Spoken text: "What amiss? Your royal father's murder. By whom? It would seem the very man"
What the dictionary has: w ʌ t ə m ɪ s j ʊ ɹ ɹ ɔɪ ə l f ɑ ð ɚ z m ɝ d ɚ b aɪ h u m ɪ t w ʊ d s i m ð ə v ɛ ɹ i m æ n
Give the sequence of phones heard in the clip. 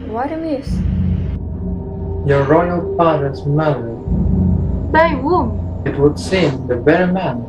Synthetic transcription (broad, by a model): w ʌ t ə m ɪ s j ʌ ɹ ɹ ɔɪ ə l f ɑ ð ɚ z m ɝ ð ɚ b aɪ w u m ɪ t w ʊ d s i m ð ə b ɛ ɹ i m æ n